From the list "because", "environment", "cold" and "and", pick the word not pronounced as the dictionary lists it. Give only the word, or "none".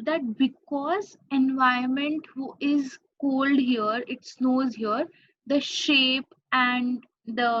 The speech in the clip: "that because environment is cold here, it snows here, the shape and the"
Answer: environment